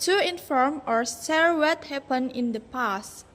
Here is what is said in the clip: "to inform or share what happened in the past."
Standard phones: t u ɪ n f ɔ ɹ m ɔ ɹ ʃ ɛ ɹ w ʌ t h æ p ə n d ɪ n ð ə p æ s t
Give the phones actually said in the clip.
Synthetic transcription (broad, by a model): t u ɪ n f ɔ ɹ m ɔ ɹ s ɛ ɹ w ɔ t h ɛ p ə n ɪ n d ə p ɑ s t